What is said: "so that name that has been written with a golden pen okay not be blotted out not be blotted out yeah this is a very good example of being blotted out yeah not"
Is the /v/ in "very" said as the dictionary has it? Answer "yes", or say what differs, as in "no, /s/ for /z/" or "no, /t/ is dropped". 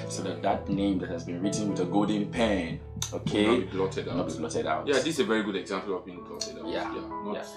yes